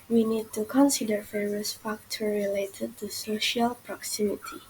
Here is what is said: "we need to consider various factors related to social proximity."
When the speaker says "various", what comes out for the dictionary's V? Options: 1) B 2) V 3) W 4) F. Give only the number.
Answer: 4